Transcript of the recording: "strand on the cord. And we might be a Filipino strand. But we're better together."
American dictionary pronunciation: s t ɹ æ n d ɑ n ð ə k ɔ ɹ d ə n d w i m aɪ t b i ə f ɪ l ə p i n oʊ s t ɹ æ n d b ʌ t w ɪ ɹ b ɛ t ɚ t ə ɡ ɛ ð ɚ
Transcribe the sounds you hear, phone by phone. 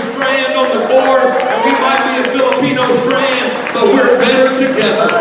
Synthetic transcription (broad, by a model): s t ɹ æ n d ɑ n ð ə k ɔ ɹ ə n w i m aɪ t b i ə f ɪ l ə p i n oʊ s t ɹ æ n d b ʌ t w ɪ ɹ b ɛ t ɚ t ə ɡ ɛ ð ɚ